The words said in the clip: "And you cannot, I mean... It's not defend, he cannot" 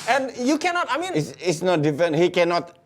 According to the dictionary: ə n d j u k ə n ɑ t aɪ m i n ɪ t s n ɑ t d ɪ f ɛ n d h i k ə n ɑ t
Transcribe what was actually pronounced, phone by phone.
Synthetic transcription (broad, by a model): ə n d j u k ə n ɑ t aɪ m i n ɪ s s n ɑ t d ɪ f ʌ n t h i k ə n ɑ t